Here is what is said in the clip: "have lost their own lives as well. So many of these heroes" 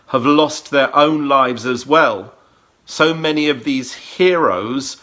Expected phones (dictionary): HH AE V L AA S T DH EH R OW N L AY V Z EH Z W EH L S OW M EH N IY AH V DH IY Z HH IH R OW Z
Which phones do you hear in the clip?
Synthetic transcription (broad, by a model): HH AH V L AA S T DH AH R OW N L AY V Z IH Z W EH L S OW M EH N IY AH V DH IY Z HH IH R OW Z